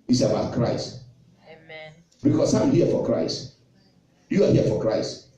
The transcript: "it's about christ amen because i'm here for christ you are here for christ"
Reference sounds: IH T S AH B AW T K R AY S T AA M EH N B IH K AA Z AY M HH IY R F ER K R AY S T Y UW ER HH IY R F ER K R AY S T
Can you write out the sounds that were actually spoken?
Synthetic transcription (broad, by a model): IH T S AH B AW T K R AY S T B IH K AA S AY M HH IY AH F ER K R AY S T Y UW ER HH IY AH F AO K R AY S T